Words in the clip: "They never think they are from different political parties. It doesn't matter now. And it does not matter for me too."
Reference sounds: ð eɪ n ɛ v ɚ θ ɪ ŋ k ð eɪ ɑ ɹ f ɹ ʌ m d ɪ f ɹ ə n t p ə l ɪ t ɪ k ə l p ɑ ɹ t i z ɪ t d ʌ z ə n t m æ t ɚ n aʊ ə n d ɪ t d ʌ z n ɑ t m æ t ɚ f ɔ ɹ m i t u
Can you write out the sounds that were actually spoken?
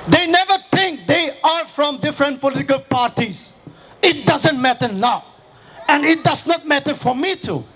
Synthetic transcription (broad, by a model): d eɪ n ɛ v ɚ t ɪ ŋ k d eɪ ɑ ɹ f ɹ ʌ m d ɪ f ɹ ə n t p ə l ɪ t ɪ k ə l p ɑ ɹ t i z ɪ t d ʌ z ə n t m æ t ɚ n aʊ ə n d ɪ t d ʌ z n ɑ t m æ t ɚ f ɔ ɹ m i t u